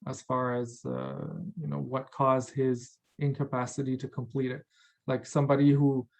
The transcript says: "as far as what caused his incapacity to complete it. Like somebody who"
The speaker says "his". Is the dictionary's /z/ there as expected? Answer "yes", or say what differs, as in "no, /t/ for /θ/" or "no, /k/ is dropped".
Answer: yes